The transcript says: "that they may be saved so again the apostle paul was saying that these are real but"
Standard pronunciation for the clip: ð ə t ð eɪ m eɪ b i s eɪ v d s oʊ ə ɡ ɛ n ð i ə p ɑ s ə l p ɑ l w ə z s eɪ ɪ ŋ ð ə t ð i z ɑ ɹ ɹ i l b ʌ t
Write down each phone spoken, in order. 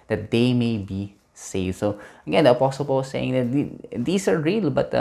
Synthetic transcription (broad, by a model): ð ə t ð eɪ m eɪ b i s eɪ v d s oʊ ə ɡ ɛ n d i ə p ɑ s ə l p ɑ l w s eɪ ɪ ŋ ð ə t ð i s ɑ ɹ ɹ i l b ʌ t